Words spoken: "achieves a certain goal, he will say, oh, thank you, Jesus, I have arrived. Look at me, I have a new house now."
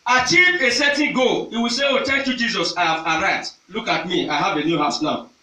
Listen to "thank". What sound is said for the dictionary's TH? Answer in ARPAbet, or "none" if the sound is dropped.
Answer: T